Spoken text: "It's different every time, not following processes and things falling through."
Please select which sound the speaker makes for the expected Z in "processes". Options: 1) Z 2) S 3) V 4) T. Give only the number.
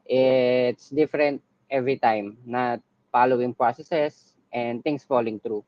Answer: 2